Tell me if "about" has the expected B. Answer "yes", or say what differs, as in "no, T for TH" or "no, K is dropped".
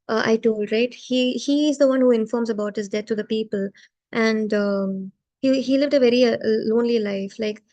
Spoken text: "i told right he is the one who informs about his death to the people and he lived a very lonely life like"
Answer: yes